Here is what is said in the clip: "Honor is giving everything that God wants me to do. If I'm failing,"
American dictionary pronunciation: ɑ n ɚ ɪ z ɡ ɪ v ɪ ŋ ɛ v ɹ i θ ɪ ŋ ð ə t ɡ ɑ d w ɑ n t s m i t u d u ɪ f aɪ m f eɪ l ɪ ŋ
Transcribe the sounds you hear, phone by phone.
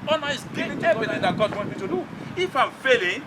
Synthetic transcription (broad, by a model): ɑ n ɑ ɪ s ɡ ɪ ɪ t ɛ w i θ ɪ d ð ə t ɡ ɑ d w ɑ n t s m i t u d u ɪ f aɪ m f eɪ l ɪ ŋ